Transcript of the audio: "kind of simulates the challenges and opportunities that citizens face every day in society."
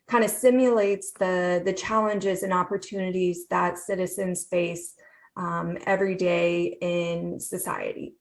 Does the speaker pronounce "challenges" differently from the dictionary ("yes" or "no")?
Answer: no